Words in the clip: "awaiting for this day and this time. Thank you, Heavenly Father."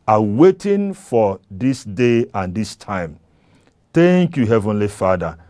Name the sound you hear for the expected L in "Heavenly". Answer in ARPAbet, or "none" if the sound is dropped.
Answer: L